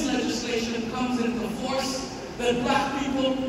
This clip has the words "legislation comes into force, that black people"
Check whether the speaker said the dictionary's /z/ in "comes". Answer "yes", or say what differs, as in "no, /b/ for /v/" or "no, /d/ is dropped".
yes